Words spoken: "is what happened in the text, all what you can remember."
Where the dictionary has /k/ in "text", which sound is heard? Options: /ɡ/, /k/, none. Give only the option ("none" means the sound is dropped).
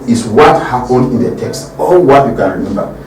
/k/